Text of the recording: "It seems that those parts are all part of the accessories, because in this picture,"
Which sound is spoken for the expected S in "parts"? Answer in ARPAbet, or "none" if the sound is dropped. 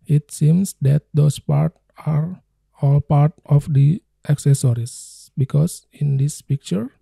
none